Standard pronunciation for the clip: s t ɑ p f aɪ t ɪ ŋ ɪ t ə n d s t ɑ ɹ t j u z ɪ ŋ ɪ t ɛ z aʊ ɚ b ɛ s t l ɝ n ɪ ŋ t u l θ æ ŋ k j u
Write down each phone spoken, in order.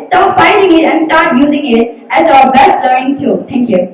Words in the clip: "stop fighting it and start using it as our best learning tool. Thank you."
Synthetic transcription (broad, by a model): s t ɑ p f aɪ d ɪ ŋ ɪ t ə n s t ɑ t j u z ɪ ŋ ɪ t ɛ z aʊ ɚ b ɛ s t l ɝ ɪ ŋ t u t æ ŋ k j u